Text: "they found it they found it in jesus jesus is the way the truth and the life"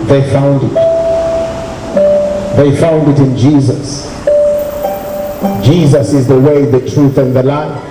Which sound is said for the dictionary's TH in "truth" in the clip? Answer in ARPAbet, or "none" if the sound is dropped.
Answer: TH